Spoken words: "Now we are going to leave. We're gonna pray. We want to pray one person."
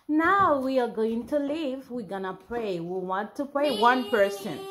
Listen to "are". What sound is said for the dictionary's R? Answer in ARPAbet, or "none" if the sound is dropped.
R